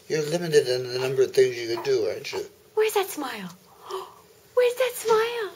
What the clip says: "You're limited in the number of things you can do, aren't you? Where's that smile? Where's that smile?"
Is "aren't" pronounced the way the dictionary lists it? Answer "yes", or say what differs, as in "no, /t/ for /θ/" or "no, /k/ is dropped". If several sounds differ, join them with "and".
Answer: no, /ɹ/ is dropped